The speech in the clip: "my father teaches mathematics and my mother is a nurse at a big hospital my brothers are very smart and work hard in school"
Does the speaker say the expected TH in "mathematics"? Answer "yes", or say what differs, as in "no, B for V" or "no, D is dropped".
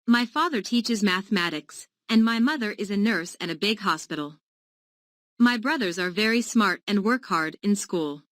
yes